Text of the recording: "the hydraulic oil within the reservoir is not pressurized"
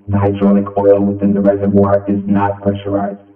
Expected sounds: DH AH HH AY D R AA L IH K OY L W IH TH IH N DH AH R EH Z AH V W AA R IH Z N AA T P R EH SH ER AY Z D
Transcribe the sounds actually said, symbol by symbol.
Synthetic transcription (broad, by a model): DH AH HH AY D R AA N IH K OY L W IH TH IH N DH AH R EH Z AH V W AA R IH Z N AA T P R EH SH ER AY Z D